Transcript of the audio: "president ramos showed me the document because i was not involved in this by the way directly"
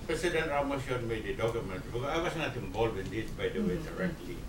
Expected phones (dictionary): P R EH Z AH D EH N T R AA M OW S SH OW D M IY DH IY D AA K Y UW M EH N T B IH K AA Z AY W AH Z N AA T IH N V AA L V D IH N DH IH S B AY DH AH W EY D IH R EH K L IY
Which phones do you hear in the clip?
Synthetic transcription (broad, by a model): P R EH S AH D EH N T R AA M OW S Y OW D M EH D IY D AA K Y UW M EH N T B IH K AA AY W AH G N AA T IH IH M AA L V IH N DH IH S B AY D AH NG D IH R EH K L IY